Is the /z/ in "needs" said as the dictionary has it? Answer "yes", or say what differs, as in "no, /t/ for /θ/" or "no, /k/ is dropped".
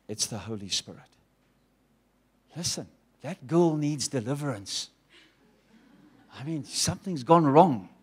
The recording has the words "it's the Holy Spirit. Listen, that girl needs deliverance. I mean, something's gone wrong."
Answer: yes